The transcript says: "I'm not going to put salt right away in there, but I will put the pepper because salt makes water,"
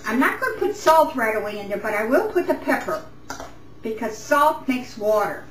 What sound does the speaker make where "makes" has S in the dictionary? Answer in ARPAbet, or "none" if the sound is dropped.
S